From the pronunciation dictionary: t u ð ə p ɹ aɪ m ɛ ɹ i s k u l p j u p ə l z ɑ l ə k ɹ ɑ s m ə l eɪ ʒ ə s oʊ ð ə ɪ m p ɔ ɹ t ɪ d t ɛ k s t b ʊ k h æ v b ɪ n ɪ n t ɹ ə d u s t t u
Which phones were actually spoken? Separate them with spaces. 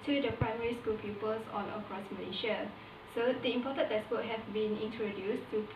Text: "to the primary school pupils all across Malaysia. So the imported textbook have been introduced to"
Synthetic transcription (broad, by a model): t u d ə p ɹ aɪ m ɛ ɹ i s k u l p j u p ə l s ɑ n ə k ɹ ɑ s m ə l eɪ ʃ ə s oʊ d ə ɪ m p ɔ t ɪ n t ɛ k s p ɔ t h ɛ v b ɪ n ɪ n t ɹ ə d u s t t u